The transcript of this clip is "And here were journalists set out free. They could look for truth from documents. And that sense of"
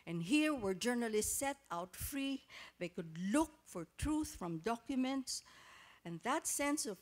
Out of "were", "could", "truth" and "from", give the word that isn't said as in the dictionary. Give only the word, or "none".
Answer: none